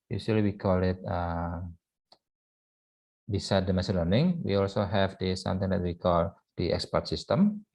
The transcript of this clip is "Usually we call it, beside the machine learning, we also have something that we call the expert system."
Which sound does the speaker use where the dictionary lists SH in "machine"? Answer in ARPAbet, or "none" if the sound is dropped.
S